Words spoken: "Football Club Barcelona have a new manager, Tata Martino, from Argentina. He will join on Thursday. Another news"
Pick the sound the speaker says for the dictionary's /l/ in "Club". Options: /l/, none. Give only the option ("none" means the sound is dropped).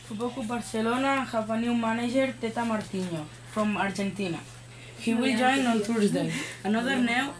none